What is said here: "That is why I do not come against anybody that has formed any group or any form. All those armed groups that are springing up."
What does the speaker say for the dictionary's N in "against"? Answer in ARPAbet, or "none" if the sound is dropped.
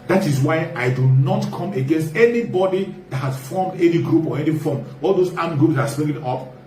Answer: N